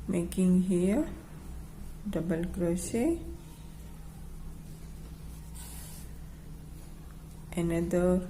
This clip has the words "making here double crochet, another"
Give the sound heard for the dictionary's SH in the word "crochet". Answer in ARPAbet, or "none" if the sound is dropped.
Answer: S